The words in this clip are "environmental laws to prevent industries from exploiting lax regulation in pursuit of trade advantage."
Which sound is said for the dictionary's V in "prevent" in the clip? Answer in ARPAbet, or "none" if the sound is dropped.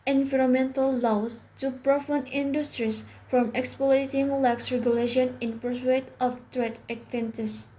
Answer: F